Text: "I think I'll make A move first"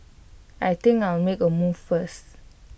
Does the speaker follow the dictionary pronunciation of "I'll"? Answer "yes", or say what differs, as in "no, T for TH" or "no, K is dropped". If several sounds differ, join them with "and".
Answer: no, W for L